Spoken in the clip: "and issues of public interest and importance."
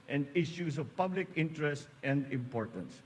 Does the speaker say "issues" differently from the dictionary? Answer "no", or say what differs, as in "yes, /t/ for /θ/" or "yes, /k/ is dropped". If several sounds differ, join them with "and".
yes, /s/ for /z/